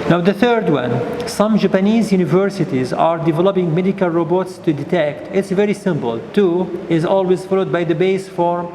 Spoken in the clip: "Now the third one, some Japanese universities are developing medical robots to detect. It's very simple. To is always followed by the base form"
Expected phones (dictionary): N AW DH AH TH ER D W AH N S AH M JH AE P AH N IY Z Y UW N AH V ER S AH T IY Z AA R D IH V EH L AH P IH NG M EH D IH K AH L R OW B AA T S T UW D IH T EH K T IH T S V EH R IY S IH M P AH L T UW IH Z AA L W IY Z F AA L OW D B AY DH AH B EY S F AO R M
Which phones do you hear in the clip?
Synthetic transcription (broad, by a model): N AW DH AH TH ER D W AH N S AH M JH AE P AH N IY Z Y UW N AH V ER S AH T IY Z AA R D IH V EH L AH P IH NG M EH D IH K AH L R OW B AA T S T UW D IH T EH K T IH T S V EH R IY S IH M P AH L T UW IH Z AA L W IY Z F AA L OW D B AY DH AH B EY S F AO R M